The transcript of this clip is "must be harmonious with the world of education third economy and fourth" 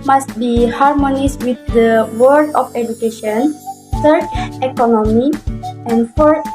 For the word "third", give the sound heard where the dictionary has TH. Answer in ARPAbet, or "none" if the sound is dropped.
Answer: S